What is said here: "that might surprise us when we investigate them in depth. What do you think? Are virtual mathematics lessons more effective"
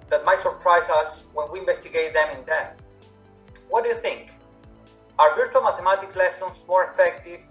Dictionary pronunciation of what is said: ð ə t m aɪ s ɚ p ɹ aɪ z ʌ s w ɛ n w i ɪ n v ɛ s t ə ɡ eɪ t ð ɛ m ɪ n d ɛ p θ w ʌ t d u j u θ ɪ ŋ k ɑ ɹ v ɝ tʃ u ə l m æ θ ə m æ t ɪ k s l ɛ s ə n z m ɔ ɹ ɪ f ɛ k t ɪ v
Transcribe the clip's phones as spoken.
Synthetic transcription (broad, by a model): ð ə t m aɪ s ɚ p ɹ aɪ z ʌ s w ɛ n w i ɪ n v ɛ s t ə ɡ eɪ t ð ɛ m ɪ n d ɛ θ w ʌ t d u j u θ ɪ ŋ k ɑ ɹ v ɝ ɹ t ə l m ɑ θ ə m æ t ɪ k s l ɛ s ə n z m ɔ ɹ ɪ f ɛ k t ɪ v